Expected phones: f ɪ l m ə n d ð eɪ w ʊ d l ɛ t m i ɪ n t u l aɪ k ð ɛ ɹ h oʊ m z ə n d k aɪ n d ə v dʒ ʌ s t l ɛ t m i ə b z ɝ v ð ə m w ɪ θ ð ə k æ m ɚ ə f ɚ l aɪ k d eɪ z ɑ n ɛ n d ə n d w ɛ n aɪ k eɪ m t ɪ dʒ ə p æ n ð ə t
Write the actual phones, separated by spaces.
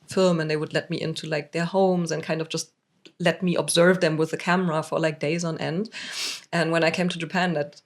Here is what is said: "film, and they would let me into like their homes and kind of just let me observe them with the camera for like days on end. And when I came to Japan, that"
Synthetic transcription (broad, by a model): f ɪ l m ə n ð eɪ w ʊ d l ɛ t m i ɪ n t u l aɪ k ð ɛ ɹ h oʊ m z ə n k aɪ n d ə v dʒ ʌ s t l ɛ t m i ə b z ɝ v ð ə m w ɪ ð ə k æ m ɚ ə f ɚ l aɪ k d eɪ z n ɛ n d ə n w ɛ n aɪ k eɪ m t ɪ dʒ ə p æ n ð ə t